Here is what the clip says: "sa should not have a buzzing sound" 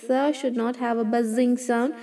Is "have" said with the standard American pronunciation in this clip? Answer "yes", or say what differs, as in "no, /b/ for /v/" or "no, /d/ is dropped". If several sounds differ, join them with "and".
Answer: yes